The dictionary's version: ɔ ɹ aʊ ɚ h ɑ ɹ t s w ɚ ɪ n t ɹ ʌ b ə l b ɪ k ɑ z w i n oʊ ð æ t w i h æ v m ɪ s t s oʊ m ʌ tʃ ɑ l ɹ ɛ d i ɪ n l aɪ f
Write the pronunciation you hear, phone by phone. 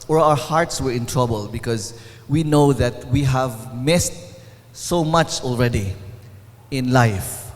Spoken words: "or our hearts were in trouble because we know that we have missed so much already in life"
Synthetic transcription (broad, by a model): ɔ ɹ aʊ ɚ h ɑ ɹ t s w ɚ ɪ n t ɹ ʌ b ə l b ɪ k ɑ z w i n oʊ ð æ t w i h æ v m ɪ s t s oʊ m ʌ tʃ ɑ l ɹ ɛ d i ɪ n l aɪ f